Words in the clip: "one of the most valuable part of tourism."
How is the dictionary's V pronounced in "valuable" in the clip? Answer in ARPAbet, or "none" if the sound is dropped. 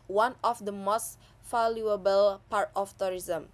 F